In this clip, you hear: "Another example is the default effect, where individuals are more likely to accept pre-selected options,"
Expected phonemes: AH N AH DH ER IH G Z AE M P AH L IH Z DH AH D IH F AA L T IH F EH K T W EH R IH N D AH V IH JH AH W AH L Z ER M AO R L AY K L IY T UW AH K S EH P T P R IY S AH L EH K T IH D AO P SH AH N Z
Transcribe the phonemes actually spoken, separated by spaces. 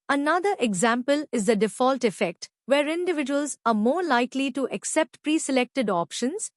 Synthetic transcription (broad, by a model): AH N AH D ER IH G Z AE M P AH L IH Z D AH D IH F AA L T IH F EH K T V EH R IH N D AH V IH JH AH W AH L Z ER M AO R L AY K L IY T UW AH K S EH P T P R IY S AH L EH K T IH D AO P SH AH N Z